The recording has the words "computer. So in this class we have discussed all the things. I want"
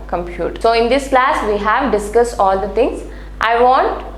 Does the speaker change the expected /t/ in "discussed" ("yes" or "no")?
no